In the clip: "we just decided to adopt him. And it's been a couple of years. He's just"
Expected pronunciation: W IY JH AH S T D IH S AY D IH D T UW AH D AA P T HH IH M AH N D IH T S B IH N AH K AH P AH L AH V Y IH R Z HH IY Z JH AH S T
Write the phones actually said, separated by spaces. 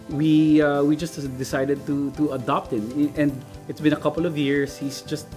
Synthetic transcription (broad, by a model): W IY JH AH S T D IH S AY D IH D T UW AH D AA P T HH IH M AH N D IH T S B IH N AH K AH P AH L AH V Y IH R S HH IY S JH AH S T